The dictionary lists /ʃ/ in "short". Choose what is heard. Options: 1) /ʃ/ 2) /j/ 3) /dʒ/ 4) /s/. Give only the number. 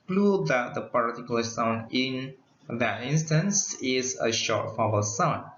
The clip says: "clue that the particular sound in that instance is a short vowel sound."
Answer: 1